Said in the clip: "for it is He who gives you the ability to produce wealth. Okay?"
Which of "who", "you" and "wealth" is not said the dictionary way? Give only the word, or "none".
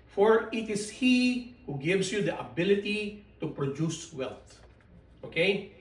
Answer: wealth